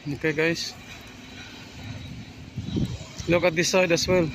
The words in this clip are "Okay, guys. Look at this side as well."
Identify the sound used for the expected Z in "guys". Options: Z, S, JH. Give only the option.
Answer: S